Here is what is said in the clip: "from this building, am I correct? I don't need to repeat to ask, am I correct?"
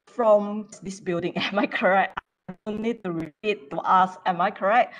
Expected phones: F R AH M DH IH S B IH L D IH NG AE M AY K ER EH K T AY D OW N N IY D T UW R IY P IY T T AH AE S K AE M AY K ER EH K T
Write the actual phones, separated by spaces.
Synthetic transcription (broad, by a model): F R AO M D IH S B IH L D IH NG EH M AY K ER EH K T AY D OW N N IY D T UW R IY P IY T T AH S EH M AY K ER EH K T